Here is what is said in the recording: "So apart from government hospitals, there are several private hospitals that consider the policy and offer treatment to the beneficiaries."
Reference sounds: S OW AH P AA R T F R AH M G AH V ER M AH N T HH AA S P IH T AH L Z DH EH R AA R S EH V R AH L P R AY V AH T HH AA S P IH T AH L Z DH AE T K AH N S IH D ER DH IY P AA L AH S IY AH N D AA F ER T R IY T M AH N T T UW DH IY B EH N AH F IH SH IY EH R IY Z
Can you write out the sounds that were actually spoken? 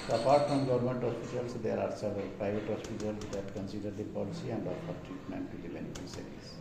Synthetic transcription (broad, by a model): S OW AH P AA R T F R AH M G AH V ER M AH N T HH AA S P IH T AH L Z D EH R AA R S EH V AH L P R AY V AH T HH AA S P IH T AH L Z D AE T K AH N S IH D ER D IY P AA L AH S IY AH N D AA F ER T R IY T M AH N T T UW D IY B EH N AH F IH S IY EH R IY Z